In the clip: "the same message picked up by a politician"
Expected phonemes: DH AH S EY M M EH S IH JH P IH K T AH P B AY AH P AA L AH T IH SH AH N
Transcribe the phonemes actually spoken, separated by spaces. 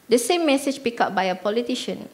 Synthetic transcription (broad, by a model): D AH S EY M M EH S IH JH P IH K AH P B AY AH P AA L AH T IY SH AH N